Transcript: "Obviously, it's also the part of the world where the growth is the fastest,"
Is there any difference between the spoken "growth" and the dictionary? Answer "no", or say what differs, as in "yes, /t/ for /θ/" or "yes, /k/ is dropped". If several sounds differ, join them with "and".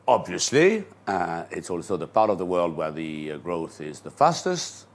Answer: no